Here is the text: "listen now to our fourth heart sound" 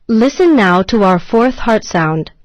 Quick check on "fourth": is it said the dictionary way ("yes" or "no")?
yes